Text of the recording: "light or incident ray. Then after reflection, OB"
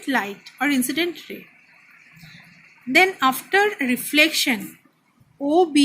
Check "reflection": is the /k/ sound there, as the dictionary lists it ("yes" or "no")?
yes